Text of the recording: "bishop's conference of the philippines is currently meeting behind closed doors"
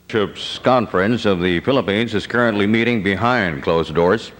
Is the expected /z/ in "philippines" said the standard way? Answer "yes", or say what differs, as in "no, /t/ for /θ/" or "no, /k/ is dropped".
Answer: yes